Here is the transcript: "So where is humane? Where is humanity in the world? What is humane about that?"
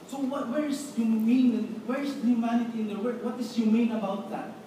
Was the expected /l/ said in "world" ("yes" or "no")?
no